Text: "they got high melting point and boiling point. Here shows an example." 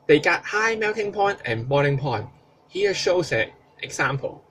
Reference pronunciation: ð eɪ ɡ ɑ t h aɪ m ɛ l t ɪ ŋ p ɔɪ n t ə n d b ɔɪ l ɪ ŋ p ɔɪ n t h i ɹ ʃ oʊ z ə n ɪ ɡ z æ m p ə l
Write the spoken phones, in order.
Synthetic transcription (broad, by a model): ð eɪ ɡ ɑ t h aɪ m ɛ w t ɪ ŋ p ɔɪ n t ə n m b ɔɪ n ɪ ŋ p ɔɪ n t h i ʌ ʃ oʊ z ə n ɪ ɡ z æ m p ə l